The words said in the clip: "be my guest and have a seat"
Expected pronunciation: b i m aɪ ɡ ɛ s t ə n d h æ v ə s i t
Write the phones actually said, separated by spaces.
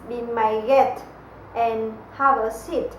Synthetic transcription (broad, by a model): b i m aɪ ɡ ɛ t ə n h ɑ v ə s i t